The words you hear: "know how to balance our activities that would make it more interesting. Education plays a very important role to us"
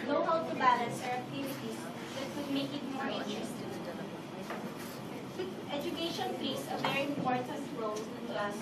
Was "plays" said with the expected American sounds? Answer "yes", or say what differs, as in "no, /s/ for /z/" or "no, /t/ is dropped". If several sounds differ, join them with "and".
no, /s/ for /z/